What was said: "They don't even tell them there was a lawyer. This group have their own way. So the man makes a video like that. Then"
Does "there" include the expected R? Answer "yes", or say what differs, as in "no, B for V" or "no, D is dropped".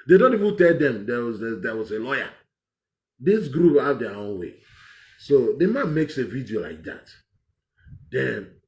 no, W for R